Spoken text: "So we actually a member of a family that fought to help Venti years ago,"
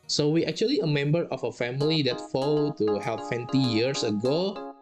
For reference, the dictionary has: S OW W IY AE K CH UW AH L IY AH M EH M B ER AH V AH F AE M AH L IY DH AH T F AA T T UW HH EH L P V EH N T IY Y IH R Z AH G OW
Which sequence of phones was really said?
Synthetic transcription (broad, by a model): S OW W IY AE K CH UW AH L IY AH M EH M B ER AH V AH F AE M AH L IY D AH T F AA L T UW HH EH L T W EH N T IY Y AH R S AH G OW